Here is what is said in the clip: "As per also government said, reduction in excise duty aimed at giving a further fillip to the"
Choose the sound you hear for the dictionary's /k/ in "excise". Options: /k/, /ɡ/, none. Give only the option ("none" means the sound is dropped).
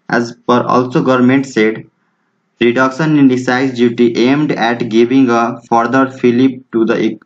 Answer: none